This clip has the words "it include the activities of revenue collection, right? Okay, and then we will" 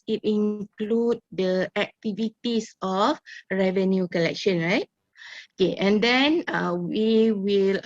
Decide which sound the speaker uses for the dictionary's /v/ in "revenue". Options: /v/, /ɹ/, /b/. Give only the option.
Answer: /v/